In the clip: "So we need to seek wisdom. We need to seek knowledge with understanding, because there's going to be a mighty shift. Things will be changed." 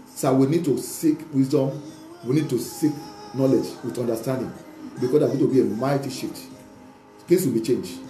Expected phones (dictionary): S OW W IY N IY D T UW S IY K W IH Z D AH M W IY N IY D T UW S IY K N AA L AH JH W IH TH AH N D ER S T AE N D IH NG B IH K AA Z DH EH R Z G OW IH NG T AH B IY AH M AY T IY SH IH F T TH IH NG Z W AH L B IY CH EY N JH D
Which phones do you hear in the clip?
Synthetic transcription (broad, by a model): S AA W IY N IY D T UW S IY K W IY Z D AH M W IY N IY D T UW S IY K N AA L AH JH W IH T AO N D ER S T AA N D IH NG B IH K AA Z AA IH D T AH B IY AH M AY T IY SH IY T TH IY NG S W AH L B IY CH EY N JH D